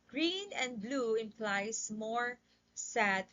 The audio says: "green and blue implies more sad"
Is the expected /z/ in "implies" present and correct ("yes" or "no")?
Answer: no